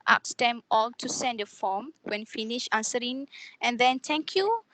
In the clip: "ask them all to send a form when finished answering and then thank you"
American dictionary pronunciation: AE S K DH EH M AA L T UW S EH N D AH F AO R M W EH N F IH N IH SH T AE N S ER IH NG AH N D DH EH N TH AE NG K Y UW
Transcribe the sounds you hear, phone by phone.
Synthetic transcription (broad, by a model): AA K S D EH M AA L T UW S EH N D AH F AO M W EH N F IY N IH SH AA N S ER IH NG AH N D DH EH N T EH NG K Y UW